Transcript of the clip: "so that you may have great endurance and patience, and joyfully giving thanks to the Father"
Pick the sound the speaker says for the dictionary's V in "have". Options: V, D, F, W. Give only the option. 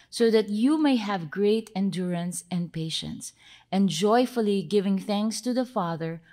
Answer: V